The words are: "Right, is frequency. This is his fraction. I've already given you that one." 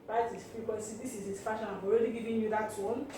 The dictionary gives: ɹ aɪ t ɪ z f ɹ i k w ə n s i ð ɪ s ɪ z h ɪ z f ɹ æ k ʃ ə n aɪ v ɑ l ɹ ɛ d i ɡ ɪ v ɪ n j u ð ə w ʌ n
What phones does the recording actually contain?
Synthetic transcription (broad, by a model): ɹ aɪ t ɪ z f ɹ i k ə s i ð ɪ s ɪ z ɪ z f ɑ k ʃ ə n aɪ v ɑ l ɹ ɛ d i ɡ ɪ v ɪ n j u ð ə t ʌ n